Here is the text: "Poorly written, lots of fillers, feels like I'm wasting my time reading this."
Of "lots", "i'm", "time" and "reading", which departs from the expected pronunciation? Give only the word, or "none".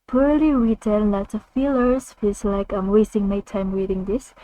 lots